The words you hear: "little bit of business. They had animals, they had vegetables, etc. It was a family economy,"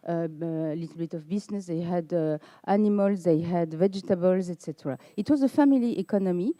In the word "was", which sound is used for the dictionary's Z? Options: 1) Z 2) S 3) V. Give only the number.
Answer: 1